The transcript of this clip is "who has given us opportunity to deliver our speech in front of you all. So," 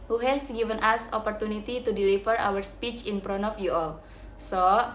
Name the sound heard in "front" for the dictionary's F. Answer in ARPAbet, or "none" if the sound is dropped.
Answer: P